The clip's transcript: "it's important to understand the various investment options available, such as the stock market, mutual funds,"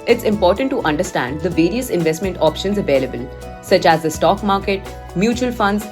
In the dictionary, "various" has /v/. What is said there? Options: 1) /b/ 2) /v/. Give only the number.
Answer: 2